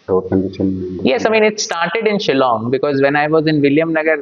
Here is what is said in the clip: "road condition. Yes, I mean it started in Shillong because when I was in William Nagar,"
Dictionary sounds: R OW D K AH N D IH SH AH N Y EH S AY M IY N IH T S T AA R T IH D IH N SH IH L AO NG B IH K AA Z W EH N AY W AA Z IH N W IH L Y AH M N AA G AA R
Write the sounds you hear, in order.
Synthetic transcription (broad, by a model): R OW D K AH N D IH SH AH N Y EH S AY M IY N IH T S T AA R T IH D IH N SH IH L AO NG B IH K AA Z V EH N AY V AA Z IH N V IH L Y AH M N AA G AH R